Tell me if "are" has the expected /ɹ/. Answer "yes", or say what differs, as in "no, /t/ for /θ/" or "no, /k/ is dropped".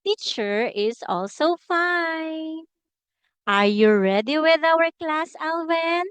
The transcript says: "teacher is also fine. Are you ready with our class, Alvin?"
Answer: yes